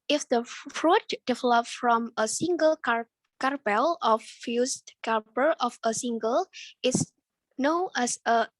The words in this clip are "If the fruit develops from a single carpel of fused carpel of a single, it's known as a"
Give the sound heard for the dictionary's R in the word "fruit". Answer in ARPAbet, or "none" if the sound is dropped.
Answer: R